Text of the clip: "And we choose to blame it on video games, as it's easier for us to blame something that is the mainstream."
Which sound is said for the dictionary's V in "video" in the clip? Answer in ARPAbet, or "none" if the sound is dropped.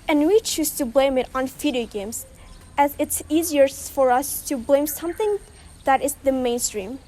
F